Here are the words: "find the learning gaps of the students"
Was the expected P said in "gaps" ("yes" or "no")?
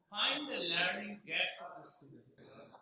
no